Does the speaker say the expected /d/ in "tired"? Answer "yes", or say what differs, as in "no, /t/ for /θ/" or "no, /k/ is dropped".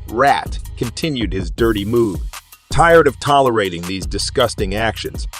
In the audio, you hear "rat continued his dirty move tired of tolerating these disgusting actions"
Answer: yes